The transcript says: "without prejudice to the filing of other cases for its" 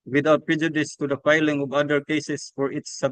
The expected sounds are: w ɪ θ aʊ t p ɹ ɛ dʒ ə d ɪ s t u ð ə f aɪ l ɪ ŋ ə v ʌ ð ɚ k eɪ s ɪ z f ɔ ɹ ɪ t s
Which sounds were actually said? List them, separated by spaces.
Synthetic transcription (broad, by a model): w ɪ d aʊ t p ɹ ɛ dʒ ə d ɪ s t u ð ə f aɪ l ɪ ŋ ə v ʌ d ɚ k eɪ s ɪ s f ɔ ɹ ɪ t s